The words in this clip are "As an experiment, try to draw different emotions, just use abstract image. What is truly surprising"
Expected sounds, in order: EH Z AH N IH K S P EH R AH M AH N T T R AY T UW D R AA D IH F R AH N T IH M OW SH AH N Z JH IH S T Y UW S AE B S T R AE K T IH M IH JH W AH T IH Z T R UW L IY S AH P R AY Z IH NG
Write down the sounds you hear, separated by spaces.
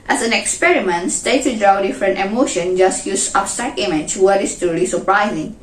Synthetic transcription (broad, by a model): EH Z AH N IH K S P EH R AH M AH N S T EH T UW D R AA D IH F R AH N T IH M OW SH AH N JH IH S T Y UW S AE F S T AE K IH M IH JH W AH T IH S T UW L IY S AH P R AY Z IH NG